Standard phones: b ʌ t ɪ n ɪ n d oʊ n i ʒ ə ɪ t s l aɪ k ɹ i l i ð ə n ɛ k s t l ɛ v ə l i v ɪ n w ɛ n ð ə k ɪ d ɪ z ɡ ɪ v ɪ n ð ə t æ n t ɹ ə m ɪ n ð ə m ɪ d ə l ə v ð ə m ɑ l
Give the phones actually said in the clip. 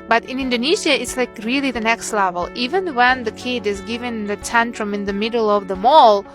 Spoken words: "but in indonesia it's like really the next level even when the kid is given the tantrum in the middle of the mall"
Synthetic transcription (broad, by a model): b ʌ t ɪ n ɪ n d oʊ n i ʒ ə ɪ t s l aɪ k ɹ i l i ð ə n ɛ k s t l ɛ v ə l i v ɪ n w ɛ n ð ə k ɪ d ɪ z ɡ ɪ v ɪ n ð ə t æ n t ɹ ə m ɪ n ð ə m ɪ d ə l ə v ð ə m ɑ l